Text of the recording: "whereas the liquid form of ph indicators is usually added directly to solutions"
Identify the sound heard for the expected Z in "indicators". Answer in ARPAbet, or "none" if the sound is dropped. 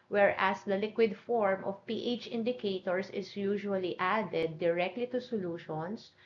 S